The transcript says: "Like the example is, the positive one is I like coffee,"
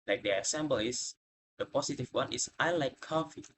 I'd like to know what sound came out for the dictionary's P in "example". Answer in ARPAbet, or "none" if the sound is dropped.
B